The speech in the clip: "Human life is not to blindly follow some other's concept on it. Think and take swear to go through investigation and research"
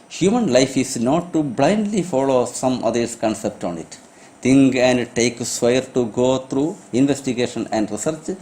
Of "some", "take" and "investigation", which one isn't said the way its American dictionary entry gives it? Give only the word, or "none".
none